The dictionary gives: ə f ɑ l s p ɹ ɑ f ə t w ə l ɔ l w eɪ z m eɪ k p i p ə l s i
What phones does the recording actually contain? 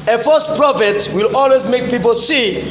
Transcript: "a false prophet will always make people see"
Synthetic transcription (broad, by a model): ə f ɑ s p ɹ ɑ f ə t w ə l ɔ l w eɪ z m eɪ k p i p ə l s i